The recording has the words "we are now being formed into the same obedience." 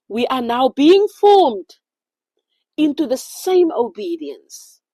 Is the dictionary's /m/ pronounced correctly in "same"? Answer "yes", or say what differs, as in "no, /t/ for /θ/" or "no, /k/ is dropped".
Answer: yes